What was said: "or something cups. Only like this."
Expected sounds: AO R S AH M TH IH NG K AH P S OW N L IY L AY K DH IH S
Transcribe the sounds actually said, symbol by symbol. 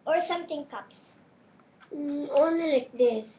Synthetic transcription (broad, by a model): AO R S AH M T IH NG K AH P S OW N L IY L AY K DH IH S